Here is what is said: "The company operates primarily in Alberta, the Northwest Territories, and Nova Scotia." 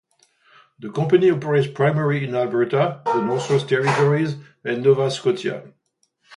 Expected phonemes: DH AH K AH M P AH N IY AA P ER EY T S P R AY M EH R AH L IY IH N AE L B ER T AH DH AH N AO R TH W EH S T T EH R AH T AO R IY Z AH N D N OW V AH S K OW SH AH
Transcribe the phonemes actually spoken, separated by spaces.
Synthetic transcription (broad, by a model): DH AH K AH P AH N IY AA P ER EY T S P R AY M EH R IY IH N AE L B ER T AH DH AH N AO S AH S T T EH R AH T AO R IY Z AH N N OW V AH S K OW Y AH